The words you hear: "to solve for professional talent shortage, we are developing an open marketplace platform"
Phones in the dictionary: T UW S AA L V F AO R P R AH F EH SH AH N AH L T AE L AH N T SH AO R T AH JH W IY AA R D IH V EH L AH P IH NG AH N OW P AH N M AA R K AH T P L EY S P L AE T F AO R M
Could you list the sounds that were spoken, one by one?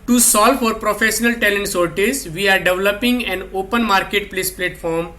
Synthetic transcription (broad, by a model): T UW S AA L V F AO R P R AH F EH SH AH N AH L T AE L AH N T S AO R T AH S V IY AA R D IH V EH L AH P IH NG AH N OW P AH N M AA R K AH T P L EY S P L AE T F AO R M